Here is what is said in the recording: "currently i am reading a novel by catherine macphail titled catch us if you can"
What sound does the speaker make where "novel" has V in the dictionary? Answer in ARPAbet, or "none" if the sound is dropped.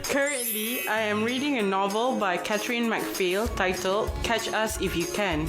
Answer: V